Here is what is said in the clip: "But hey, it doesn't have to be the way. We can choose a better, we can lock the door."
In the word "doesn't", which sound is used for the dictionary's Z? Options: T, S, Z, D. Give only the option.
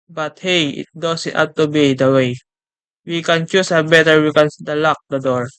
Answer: S